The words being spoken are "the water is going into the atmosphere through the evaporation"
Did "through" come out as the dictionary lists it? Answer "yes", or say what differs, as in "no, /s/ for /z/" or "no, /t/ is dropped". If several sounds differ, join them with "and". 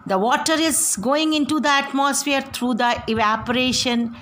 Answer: no, /t/ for /θ/